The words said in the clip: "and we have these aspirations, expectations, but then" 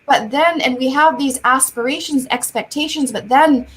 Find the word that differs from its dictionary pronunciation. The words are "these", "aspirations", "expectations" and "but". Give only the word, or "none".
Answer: none